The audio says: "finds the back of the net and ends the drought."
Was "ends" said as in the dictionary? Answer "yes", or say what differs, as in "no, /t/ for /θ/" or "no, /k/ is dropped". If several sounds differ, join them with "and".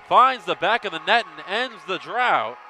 yes